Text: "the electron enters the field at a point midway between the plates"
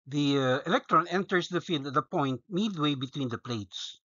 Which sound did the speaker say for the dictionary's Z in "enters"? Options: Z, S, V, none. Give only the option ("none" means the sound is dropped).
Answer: S